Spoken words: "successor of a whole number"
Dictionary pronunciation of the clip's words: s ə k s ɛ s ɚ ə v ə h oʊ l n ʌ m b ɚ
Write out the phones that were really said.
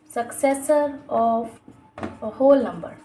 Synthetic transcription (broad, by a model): s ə k s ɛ s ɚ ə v ə h oʊ l n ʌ m b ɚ